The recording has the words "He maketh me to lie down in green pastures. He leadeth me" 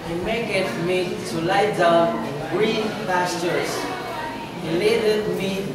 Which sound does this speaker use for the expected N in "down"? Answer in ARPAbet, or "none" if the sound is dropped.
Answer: none